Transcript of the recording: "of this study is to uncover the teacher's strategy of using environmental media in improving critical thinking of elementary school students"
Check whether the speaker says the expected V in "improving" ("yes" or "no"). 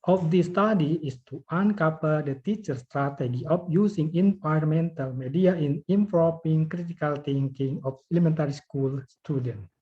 no